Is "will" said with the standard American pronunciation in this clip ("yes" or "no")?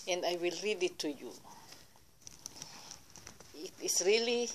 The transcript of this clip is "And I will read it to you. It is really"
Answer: yes